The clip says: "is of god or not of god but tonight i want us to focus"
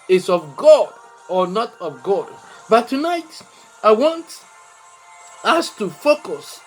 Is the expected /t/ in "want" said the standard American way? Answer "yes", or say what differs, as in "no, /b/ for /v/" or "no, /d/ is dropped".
yes